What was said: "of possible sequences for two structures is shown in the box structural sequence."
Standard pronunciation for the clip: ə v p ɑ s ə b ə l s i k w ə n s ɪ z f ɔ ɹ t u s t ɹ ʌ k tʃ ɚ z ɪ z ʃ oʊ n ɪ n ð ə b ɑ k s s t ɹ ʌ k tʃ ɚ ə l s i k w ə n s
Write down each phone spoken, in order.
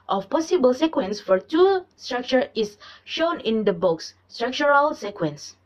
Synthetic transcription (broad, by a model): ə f p ɑ s ə b ə l s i k w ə n s f ɔ ɹ t u s t ɹ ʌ k tʃ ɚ ɪ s ʃ oʊ n ɪ n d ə b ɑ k s s t ɹ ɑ k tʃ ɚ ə l s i k w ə n s